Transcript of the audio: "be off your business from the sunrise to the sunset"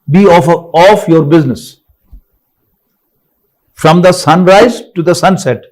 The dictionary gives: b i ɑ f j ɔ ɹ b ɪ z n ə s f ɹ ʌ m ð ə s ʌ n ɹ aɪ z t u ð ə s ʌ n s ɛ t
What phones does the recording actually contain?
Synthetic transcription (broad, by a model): b i ɑ f j ɔ ɹ b ɪ z n ə s f ɹ ʌ m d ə s ʌ n ɹ aɪ z t u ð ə s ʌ n s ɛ t